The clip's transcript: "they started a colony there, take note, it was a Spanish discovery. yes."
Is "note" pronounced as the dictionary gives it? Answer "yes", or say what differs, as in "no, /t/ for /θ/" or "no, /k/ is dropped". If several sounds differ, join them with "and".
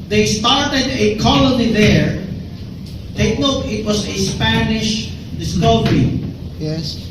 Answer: no, /l/ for /n/